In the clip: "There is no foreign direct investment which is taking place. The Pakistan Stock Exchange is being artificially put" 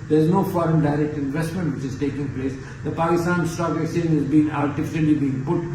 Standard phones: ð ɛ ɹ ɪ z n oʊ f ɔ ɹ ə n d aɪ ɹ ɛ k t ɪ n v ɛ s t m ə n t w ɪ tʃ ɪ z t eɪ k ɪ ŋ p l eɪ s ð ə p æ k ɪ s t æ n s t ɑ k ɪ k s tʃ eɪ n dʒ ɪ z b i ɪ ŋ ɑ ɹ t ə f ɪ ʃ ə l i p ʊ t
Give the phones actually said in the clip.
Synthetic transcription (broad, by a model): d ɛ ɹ ɪ z n oʊ f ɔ ɹ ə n d aɪ ɹ ɛ k t ɪ n v ɛ s t m ə n t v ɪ tʃ ɪ z t eɪ k ɪ ŋ p l eɪ s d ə p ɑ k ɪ s t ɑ n s t ɑ k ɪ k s eɪ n ɪ z b i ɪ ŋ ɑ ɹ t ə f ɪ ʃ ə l i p ʊ t